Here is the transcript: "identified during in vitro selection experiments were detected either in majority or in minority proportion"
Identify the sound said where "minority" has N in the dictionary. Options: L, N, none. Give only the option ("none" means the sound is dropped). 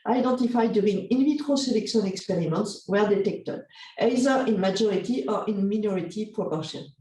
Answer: N